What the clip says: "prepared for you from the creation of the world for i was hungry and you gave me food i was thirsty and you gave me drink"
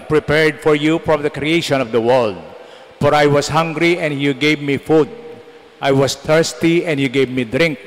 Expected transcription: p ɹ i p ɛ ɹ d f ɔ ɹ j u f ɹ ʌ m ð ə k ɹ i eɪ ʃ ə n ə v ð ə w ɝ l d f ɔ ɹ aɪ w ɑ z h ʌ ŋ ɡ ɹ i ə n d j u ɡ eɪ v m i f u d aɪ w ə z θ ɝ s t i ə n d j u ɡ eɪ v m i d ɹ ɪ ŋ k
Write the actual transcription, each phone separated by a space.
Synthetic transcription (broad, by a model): p ɹ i p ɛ ɹ d f ɔ ɹ j u f ɹ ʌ m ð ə k ɹ i eɪ ʃ ə n ə v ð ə w ɝ l d f ɔ ɹ aɪ w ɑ s h ʌ ŋ ɡ ɹ i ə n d j u ɡ eɪ v m i f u d aɪ w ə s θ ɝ s t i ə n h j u ɡ eɪ v m i d ɹ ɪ ŋ k